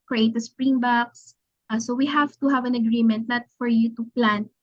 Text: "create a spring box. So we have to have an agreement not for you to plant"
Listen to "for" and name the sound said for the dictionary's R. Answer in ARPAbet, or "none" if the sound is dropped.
R